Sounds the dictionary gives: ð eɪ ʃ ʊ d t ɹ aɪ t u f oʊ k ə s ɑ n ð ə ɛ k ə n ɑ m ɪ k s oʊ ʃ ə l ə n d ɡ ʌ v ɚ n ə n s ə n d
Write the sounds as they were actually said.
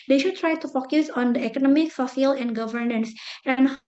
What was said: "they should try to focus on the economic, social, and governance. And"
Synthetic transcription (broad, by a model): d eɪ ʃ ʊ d t ɹ aɪ t u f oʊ k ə s ɑ n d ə ɛ k ə n ɑ m ɪ k s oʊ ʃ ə l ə n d ɡ ʌ v ɚ n ə n s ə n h